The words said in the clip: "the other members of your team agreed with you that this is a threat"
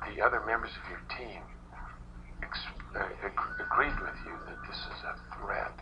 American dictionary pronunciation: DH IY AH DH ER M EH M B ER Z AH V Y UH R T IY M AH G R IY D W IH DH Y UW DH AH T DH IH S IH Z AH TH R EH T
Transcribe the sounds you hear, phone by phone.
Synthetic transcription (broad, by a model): DH IY AH DH ER M EH M B ER Z AH V Y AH R T IY M AH G R IY D W IH DH Y UW DH AH T DH IH S IH Z AH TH R EH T